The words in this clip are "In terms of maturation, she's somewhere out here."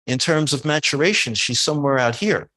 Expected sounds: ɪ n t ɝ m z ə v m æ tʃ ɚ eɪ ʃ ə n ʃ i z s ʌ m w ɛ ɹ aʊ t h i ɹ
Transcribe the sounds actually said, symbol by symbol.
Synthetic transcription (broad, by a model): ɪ n t ɝ m z ə v m æ tʃ ɚ eɪ ʃ ə n ʃ i z s ʌ m w ɛ ɹ aʊ t h i ɹ